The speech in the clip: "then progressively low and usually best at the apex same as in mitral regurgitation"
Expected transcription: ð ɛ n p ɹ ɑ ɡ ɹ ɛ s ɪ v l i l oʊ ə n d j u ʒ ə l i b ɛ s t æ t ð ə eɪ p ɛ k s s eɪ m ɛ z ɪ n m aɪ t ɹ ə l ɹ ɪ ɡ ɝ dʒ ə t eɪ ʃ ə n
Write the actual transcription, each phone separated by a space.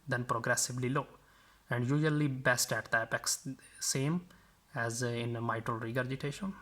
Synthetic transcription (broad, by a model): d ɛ n p ɹ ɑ ɡ ɹ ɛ s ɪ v l i l oʊ ə n d j u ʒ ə l i b ɛ s t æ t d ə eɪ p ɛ k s s eɪ m ɛ z ɪ n m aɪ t ɹ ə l ɹ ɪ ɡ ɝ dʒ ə t eɪ ʃ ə n